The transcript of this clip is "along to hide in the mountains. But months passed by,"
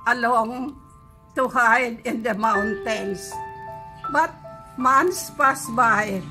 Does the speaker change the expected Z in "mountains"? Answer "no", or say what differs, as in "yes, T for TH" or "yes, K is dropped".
yes, S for Z